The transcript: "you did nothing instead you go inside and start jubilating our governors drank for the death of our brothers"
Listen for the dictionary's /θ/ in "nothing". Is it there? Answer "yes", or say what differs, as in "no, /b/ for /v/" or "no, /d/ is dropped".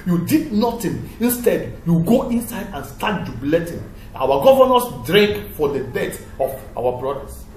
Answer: no, /t/ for /θ/